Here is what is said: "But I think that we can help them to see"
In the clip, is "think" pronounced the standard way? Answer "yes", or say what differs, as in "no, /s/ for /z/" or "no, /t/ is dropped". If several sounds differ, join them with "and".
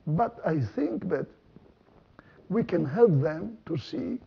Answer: yes